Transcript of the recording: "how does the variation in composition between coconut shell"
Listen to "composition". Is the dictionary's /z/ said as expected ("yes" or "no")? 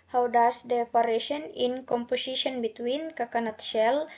no